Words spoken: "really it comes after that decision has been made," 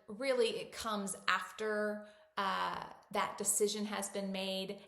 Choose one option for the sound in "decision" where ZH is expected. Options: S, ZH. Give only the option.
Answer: ZH